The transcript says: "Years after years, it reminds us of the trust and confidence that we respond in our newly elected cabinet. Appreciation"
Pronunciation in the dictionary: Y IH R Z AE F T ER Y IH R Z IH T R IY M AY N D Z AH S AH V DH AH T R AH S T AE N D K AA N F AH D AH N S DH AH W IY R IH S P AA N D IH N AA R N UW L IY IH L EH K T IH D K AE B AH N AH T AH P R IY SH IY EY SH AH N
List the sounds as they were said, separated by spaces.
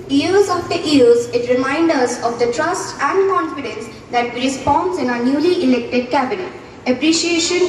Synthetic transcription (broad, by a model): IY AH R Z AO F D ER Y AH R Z IH T R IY M AY N D AH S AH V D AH T R AH S T AE N D K AA N F AH D AH N S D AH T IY R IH S P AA N D IH N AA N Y UW L IY IH L EH K T IH D K AE B AH N AH T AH P R IY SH IY EY SH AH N